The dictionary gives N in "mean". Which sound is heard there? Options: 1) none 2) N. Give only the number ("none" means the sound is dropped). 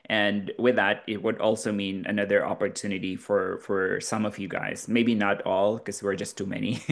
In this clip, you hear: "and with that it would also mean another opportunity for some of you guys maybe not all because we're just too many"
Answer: 2